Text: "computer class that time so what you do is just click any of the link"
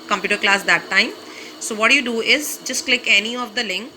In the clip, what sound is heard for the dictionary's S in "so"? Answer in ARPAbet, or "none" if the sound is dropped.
S